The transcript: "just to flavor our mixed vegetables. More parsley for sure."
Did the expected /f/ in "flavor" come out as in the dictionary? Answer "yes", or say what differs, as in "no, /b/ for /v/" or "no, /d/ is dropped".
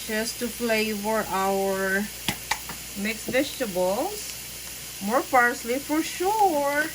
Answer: no, /p/ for /f/